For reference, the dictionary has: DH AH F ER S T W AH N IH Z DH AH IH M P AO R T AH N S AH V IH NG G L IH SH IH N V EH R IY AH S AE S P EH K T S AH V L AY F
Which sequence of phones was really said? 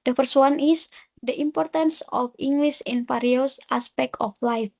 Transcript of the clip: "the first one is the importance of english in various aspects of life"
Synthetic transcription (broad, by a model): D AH F ER S T W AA N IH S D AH IH M P AO R T AH N S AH F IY NG G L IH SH IH N F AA R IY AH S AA S P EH K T AH F L AY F